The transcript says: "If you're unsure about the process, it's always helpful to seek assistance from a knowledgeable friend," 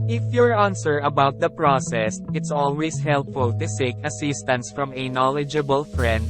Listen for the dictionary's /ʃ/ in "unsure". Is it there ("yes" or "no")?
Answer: no